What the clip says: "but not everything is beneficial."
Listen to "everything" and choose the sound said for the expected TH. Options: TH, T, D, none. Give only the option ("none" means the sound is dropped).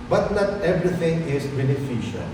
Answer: T